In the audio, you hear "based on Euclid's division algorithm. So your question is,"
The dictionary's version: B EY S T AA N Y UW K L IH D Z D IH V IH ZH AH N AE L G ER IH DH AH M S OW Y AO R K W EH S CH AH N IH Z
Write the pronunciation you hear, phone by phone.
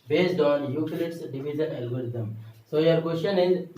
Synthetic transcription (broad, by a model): B EY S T AA N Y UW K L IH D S D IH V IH Z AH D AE L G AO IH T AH M S OW Y AO R K W EH S CH AH N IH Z